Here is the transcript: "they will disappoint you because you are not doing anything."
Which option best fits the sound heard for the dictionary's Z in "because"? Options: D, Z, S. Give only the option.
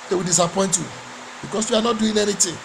S